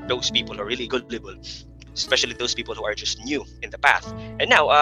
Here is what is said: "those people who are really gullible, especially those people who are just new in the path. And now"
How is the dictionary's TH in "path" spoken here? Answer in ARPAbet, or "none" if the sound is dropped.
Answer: TH